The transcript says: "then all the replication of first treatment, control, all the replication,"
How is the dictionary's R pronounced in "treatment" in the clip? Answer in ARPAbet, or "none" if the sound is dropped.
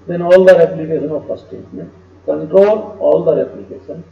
none